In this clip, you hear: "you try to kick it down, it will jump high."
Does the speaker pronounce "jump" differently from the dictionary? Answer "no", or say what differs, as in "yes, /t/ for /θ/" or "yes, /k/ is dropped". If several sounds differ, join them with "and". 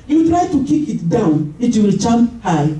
yes, /tʃ/ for /dʒ/